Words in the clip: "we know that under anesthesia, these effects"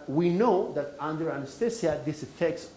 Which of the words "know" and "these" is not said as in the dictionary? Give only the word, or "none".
these